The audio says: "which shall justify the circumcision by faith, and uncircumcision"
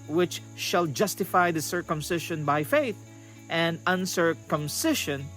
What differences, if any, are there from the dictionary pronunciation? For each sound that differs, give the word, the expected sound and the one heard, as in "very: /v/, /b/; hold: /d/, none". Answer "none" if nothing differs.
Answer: circumcision: /ʒ/, /ʃ/